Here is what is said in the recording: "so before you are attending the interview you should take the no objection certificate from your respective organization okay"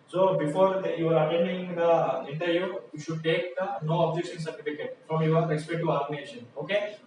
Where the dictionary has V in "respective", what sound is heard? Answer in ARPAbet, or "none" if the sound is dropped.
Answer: none